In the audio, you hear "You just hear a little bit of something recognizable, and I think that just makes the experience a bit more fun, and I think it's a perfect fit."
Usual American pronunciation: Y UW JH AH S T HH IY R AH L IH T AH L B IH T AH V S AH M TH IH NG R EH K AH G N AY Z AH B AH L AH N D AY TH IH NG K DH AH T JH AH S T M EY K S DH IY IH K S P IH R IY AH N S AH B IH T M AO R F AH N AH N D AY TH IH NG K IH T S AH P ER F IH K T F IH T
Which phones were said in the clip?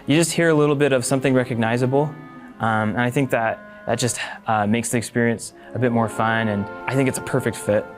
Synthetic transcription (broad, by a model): Y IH JH AH S T HH IY R AH L IH T L B IH T AH V S AH M TH IH NG R EH K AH G N AY Z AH B AH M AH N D AY TH IH NG K DH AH T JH AH S T M EY K S DH IY IH K S P IH R IY AH N S AH B IH T M AO R F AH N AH N AY TH IH NG K IH T S AH P ER F IH K T F IH T